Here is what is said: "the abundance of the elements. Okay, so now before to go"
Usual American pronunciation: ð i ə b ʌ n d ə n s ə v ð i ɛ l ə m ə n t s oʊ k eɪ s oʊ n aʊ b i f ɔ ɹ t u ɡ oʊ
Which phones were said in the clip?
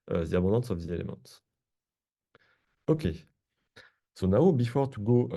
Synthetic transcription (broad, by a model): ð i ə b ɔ d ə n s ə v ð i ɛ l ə m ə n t oʊ k eɪ s oʊ n aʊ b i f ɔ ɹ t u ɡ oʊ